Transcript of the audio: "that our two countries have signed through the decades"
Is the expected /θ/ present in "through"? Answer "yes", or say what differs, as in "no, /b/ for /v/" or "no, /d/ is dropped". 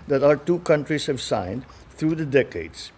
no, /t/ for /θ/